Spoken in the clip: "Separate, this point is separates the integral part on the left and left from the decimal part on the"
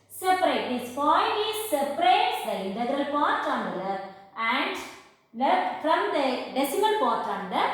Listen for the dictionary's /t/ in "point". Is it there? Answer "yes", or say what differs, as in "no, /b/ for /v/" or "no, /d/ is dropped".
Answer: no, /t/ is dropped